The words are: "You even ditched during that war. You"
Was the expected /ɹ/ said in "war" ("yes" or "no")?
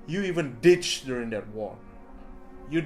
no